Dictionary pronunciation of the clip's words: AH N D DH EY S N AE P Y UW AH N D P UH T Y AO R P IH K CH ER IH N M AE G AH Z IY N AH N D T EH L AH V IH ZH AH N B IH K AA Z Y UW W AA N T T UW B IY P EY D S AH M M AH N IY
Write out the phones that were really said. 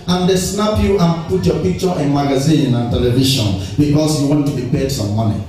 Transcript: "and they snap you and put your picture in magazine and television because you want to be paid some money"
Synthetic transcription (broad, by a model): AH N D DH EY S N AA P Y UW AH N P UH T Y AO P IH K CH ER IH N M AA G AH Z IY N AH N T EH L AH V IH SH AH N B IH K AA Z Y UW W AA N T T UW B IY P EY D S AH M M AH N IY